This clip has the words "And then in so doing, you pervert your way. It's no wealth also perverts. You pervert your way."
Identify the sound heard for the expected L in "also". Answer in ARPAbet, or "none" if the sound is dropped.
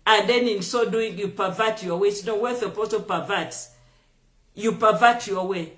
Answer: none